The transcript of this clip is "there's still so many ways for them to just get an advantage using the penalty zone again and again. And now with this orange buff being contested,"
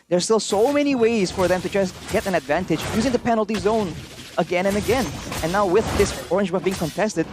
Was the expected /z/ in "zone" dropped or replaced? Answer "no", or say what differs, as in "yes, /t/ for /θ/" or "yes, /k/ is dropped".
no